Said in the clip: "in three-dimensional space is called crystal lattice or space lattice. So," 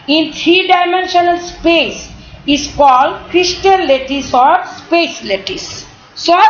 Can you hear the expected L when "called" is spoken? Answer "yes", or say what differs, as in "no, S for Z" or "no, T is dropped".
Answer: yes